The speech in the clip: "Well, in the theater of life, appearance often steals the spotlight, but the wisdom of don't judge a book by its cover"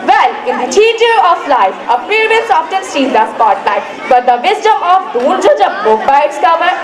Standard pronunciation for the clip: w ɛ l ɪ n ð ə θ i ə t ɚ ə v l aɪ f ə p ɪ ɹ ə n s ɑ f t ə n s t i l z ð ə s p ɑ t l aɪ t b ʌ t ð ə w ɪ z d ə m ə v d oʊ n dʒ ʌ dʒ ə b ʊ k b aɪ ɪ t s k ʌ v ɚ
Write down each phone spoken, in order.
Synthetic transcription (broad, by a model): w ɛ l ɪ n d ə t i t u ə f l aɪ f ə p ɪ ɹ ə l s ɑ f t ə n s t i z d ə s p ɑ t l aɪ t b ʌ t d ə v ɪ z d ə m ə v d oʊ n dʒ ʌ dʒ ə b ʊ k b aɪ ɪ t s k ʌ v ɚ